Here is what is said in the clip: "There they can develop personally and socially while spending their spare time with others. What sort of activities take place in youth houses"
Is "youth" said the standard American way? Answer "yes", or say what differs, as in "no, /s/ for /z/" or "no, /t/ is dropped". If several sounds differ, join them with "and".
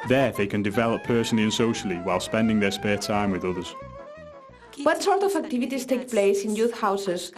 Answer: yes